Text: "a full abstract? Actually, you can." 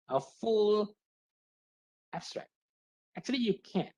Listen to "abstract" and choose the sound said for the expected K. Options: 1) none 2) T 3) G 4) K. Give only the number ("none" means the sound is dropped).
4